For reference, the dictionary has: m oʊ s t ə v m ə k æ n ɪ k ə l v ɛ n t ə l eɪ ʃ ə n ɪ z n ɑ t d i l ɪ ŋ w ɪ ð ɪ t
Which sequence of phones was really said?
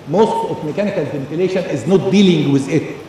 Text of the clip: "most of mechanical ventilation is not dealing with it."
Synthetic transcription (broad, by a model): m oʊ s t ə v m ə k æ n ɪ k ə l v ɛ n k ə l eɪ ʃ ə n ɪ z n ɑ t d i l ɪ ŋ w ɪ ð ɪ t